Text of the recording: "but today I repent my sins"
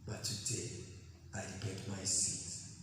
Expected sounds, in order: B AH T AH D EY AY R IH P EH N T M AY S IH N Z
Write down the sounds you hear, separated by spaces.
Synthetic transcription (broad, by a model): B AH T AH D EY AY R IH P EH T M AY S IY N